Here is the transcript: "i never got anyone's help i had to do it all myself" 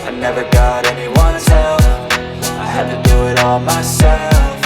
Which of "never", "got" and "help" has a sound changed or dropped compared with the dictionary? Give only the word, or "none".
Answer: help